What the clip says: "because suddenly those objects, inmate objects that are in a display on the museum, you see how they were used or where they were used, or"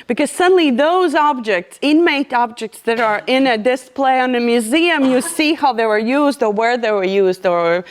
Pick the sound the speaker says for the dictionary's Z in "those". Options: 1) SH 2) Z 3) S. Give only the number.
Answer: 2